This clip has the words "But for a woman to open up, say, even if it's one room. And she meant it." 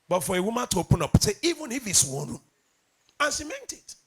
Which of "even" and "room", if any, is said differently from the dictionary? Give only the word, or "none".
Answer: room